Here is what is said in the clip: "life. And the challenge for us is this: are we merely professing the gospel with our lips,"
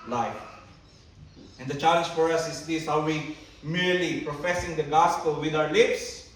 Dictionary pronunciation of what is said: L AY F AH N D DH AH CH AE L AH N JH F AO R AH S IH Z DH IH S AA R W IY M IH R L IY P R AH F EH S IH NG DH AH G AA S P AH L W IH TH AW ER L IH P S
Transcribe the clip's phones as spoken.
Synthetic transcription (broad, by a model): L AY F AH N D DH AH CH AE L AH N JH F AO R AH S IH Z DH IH S AA W W IY M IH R L IY P R AH F EH S IH NG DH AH G AA S P AH L W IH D AW ER L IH P S